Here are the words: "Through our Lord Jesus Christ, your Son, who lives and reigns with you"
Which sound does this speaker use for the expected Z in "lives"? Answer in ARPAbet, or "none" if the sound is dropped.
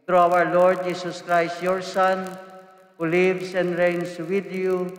S